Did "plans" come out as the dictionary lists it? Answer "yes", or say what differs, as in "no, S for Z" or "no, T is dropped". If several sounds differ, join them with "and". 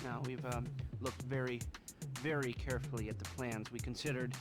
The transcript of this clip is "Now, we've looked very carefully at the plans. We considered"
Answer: yes